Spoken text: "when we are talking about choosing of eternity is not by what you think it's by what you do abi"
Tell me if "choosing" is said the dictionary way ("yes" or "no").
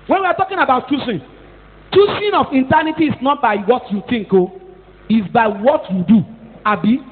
no